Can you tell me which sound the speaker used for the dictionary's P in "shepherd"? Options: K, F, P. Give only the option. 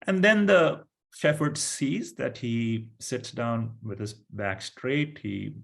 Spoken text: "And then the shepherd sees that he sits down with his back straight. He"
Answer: F